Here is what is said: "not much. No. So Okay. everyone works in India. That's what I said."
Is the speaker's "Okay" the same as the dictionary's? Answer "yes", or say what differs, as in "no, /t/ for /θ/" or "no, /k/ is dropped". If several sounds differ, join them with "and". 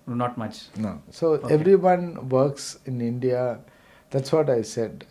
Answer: no, /k/ is dropped